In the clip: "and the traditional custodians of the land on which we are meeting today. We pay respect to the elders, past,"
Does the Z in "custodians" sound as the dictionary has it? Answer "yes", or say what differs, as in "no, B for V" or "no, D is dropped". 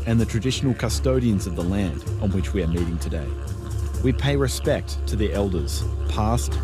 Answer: yes